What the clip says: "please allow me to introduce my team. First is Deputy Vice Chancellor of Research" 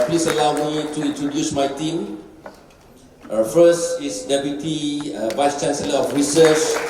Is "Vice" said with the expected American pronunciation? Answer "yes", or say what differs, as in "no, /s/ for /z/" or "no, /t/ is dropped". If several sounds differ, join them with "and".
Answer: yes